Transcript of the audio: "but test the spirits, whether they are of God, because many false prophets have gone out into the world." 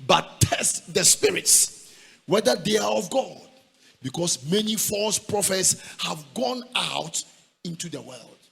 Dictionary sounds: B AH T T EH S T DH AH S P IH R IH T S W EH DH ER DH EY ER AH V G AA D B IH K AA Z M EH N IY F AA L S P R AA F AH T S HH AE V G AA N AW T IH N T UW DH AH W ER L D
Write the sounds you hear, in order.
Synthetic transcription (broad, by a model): B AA T T EH S T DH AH S P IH R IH T S W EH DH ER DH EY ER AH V G AA D B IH K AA S M EH N IY F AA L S P R AA F AH T S HH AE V G AA N AW T IH N T UW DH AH W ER L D